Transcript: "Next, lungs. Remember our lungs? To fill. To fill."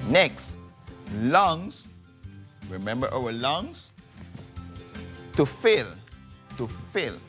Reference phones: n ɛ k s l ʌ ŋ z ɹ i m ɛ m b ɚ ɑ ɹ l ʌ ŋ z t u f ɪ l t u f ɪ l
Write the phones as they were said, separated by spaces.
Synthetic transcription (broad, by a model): n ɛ k s l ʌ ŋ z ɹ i m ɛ m b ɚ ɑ w l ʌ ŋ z t u f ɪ l t u f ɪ l